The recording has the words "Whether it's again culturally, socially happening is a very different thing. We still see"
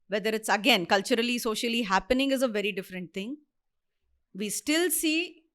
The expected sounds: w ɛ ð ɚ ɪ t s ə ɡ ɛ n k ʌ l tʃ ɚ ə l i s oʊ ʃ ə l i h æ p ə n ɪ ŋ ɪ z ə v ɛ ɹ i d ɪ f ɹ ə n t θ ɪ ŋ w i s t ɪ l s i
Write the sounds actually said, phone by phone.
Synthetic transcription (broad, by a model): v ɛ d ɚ ɪ t s ə ɡ ɛ n k ʌ l tʃ ɚ ə l i s oʊ ʃ ə l i h æ p ə n ɪ ŋ ɪ z ə v ɛ ɹ i d ɪ f ɹ ə n t t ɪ ŋ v i s t ɪ l s i